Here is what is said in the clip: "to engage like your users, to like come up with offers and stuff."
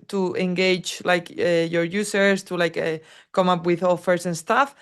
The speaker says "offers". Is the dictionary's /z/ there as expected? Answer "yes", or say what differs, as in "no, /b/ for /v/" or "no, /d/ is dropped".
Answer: no, /s/ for /z/